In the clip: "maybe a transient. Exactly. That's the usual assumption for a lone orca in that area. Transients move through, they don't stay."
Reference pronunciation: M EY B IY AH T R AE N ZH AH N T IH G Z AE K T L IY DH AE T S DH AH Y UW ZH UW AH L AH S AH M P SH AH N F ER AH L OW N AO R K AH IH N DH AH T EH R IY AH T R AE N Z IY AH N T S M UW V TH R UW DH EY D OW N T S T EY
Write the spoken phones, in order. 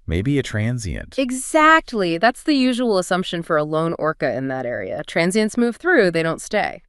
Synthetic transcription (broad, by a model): M EY B IY AH T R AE N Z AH N T IH G Z AE K T L IY DH AE T S DH AH Y UW ZH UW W L AH S AH M P SH AH N F ER AH L OW N AO R K AH IH N DH AH T EH R IY AH T R AE N Z IY AH N T S M UW V TH R UW DH EY D OW N T S T EY